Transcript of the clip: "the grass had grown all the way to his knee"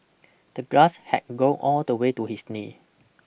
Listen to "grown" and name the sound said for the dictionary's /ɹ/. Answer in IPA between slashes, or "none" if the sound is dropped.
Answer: none